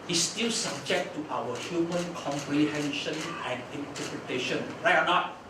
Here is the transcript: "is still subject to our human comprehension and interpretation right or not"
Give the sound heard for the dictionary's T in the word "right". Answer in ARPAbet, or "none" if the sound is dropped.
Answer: none